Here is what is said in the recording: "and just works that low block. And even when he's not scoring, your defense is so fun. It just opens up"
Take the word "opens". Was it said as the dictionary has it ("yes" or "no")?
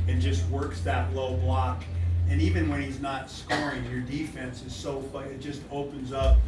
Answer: yes